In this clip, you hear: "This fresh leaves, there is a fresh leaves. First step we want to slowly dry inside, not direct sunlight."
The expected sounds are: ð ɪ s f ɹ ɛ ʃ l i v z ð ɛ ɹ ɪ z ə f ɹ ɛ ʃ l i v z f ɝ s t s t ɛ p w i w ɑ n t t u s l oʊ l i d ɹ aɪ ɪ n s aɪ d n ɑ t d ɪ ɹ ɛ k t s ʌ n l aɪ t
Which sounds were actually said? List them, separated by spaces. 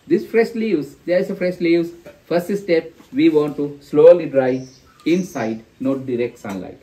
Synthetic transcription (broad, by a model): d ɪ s f ɹ ɛ ʃ l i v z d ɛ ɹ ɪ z ə f ɹ ɛ ʃ l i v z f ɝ s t s t ɛ p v i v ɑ n t t u s l oʊ l i d ɹ aɪ ɪ n s aɪ d n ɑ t d ɪ ɹ ɛ k t s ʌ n l aɪ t